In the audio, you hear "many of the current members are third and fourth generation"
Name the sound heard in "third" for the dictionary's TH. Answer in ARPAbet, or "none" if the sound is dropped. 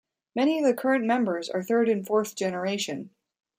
TH